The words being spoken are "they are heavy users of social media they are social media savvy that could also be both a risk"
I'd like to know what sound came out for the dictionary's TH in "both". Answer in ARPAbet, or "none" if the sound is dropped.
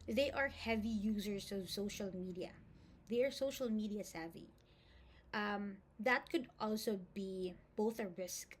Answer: TH